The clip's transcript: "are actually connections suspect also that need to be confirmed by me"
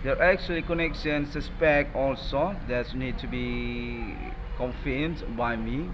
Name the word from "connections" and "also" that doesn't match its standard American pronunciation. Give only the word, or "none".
connections